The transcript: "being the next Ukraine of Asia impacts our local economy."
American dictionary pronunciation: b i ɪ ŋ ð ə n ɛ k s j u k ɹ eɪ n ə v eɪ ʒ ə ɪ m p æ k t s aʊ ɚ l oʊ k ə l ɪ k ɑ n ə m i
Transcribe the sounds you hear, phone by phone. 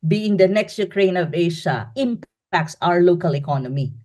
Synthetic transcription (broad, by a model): b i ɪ ŋ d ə n ɛ k s j u k ɹ eɪ n ə v eɪ ʃ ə ɪ m p æ k t s aʊ ɚ l oʊ k ə l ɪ k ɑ n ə m i